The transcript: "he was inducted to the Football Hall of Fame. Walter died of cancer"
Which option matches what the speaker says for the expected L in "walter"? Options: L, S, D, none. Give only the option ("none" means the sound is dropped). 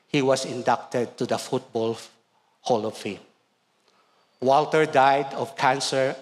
L